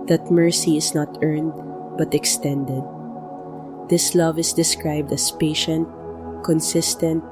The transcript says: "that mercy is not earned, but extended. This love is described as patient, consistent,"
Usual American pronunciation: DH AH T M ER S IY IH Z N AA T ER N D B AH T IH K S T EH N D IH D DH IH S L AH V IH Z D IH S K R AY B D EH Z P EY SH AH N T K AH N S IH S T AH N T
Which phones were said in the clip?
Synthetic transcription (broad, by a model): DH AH T M ER S IY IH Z N AA T ER N D B AH T IH K S T EH N D IH D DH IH S L AH V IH S D IH S K R AY B D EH S P EY SH AH N T K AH N S IH S T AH N T